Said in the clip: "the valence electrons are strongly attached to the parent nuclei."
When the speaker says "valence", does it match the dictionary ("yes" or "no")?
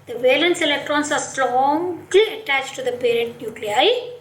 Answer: yes